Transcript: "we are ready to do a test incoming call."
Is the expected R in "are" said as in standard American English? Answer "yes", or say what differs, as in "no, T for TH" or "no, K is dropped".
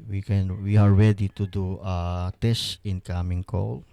no, W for R